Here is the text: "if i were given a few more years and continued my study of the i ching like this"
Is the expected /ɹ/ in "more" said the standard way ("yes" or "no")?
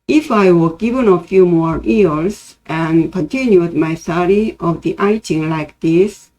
yes